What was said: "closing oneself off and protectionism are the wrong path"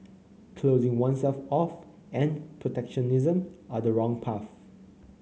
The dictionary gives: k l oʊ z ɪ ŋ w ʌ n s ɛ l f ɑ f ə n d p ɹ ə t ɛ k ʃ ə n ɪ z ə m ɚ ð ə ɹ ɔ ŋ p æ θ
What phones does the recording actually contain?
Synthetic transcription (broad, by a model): k l oʊ z ɪ ŋ w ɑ n s ɛ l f ɑ f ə n p ɹ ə t ɛ k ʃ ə n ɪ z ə m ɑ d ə ɹ ɔ ŋ p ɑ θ